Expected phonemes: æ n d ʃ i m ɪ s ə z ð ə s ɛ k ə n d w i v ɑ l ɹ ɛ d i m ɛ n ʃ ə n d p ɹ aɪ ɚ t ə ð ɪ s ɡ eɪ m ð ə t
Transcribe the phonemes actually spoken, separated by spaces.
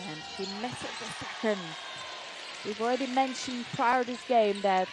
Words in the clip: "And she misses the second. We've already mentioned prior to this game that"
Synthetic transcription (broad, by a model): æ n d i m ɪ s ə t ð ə s ɛ k ə n d w i v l ɹ ɛ d i m ɛ n ʃ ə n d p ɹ aɪ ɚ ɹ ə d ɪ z ɡ eɪ m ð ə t